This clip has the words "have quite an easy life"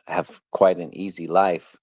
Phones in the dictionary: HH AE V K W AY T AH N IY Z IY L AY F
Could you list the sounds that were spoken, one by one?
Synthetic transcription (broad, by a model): HH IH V K W AY T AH N IY Z IY L AY F